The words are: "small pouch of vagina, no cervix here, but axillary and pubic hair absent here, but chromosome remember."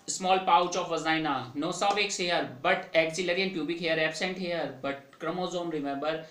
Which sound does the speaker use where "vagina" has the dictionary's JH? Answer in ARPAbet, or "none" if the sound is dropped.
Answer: Z